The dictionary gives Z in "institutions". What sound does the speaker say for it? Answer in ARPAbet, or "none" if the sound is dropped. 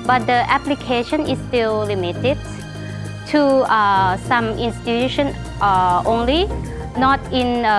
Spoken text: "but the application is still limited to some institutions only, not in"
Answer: none